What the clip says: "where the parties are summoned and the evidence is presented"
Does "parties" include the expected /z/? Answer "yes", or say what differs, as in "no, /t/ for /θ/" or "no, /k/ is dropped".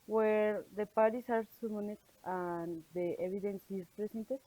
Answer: no, /s/ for /z/